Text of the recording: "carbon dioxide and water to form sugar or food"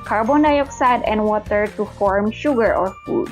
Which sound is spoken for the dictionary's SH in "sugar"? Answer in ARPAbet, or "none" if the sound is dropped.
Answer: SH